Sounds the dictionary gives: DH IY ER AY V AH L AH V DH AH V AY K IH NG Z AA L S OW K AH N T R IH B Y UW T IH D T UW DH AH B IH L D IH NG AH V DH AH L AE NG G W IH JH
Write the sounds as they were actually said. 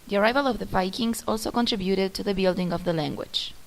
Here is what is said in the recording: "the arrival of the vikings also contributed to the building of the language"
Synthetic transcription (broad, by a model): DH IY ER AY V AH L AH V DH AH P AY K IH NG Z AA L S OW K AH N T R IH B Y UW T IH D T UW DH AH B IH L D IH NG AH V DH AH L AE NG G W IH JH